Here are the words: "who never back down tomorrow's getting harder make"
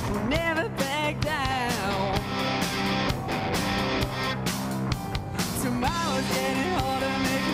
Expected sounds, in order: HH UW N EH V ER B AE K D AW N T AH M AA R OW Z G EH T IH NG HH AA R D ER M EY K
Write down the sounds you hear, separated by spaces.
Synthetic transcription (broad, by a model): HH N EH V ER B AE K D AW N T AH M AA W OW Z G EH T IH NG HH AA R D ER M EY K